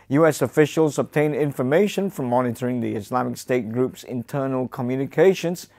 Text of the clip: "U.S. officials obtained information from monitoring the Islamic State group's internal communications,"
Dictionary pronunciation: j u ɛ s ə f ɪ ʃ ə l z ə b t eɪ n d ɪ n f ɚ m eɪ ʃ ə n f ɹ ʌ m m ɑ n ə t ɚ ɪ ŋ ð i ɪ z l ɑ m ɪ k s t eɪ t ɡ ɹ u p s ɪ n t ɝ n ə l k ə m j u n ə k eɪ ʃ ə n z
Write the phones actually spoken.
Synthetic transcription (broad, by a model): j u ɛ s ə f ɪ ʃ ə l z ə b t eɪ n ɪ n f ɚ m eɪ ʃ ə n f ɹ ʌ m m ɑ n ə t ɚ ɪ ŋ ð i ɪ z l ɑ m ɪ k s t eɪ t ɡ ɹ u p s ɪ n t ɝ n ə l k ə m j u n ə k eɪ ʃ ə n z